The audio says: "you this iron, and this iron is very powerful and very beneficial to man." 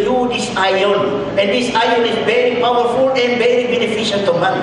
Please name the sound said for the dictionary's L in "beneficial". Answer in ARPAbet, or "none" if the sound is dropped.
N